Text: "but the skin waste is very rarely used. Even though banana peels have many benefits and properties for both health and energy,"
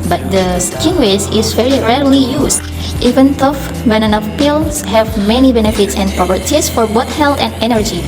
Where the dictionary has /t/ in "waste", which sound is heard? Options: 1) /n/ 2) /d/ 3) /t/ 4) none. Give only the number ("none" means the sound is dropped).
4